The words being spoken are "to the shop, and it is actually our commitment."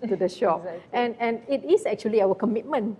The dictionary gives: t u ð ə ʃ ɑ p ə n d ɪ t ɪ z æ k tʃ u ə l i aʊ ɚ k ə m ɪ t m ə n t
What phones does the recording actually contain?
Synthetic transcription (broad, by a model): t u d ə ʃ ɑ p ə n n ɪ t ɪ s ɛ k tʃ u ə l i aʊ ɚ k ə m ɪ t m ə n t